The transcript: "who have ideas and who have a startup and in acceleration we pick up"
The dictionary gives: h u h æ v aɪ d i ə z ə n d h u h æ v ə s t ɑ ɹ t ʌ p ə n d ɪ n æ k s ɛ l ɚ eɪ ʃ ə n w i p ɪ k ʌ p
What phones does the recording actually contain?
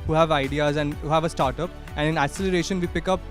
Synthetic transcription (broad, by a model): h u h æ v aɪ d i ə z ə n d h u h æ v ə s t ɑ ɹ t ʌ p ə n d ɪ n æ s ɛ l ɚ eɪ ʃ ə n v i p ɪ k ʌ p